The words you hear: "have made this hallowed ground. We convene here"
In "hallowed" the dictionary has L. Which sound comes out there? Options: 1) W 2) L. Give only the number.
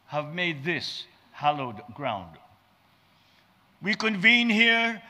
2